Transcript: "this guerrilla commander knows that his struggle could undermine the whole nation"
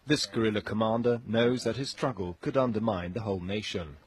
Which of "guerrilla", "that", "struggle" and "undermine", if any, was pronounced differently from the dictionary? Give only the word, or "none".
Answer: none